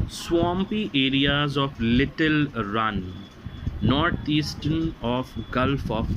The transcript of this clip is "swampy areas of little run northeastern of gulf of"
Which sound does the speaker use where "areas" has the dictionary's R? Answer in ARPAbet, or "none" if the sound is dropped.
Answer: R